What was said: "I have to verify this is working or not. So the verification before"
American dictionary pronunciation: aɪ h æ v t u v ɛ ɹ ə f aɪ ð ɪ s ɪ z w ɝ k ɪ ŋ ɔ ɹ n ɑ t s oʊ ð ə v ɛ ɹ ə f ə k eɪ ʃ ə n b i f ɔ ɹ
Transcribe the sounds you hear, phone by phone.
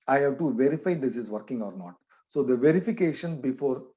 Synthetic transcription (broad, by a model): aɪ h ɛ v t u v ɛ ɹ ə f aɪ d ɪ s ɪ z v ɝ k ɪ ŋ ɔ ɹ n ɑ t s oʊ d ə v ɛ ɹ ə f ə k eɪ ʃ ə n b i f ɔ ɹ